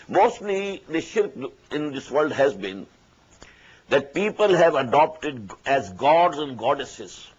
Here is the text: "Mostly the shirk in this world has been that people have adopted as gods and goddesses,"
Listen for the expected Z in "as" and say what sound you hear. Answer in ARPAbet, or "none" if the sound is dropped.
Z